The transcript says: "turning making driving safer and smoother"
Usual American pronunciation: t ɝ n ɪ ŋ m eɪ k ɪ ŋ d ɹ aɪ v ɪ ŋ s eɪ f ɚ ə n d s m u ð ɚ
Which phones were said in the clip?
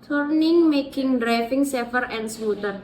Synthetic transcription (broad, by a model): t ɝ n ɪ ŋ m eɪ k ɪ ŋ d ɹ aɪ f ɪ ŋ s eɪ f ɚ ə n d s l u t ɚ